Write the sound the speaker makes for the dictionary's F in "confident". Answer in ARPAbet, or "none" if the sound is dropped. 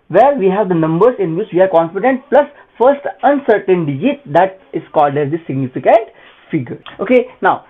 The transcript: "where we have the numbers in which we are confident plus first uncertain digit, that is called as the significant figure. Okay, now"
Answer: P